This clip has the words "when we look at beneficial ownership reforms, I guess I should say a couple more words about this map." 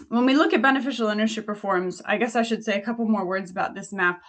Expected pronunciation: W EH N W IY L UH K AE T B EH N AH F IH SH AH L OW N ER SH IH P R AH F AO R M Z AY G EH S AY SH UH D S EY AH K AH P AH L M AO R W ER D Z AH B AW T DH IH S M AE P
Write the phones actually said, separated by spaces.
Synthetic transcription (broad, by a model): W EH N W IY L UH K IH T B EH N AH F IH SH L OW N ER SH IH P R F AO R M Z AY G EH S AY SH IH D S EY AH K AH P L M AO R W ER D Z AH B AW T DH IH S M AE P